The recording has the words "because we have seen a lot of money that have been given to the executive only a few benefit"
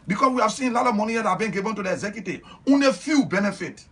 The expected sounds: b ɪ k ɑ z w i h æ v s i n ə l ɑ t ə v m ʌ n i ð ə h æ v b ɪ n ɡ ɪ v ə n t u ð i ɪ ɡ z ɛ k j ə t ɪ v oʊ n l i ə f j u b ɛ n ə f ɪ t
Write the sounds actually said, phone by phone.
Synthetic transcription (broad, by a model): b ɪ k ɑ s w i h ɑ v s i n l ɑ t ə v m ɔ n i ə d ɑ b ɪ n ɡ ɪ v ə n t u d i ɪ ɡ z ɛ k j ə t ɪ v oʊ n i f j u b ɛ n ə f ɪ t